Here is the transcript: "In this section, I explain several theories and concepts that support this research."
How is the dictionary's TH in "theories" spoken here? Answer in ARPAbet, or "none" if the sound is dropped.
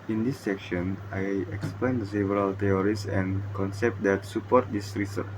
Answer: T